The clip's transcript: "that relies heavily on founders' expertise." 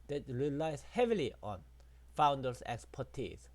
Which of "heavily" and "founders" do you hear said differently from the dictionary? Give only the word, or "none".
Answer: founders